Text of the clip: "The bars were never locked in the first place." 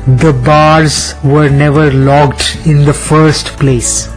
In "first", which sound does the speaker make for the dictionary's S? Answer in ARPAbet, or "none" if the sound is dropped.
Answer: S